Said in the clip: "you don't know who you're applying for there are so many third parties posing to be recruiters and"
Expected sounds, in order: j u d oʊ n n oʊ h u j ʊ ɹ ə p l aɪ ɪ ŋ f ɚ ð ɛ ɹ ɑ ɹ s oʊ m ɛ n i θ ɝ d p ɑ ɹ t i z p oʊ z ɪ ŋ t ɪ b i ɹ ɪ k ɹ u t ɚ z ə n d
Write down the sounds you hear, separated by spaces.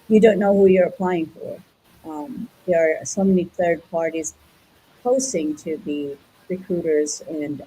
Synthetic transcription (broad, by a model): j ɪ d oʊ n n oʊ h u j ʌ ɹ ə p l aɪ ɪ ŋ f ɚ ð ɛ ɹ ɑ ɹ s oʊ m ɛ n i θ ɝ d p ɑ ɹ t i z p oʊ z ɪ ŋ t ɪ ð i ɹ ɪ k ɹ u t ɚ z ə n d